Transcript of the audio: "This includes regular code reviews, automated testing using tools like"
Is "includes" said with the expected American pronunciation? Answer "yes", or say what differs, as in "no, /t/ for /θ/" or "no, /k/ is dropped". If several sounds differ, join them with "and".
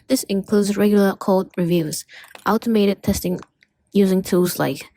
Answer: yes